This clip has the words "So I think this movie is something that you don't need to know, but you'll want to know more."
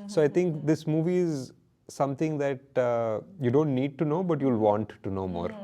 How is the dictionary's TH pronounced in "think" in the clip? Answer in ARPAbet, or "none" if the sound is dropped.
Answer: T